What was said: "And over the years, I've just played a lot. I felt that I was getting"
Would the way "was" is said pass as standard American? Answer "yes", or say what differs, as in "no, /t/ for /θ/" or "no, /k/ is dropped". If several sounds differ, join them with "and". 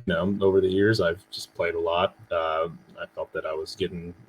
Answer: yes